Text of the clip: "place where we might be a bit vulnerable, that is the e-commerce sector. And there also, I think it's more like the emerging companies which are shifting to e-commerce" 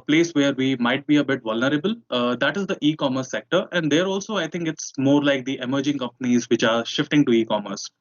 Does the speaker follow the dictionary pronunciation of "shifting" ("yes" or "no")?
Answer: yes